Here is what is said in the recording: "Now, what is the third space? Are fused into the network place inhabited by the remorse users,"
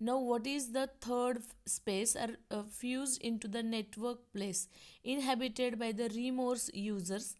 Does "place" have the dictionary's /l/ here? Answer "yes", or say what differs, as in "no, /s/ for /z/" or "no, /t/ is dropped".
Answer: yes